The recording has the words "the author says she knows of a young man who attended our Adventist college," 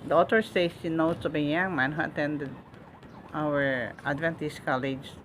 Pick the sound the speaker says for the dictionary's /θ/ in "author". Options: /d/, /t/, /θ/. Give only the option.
/t/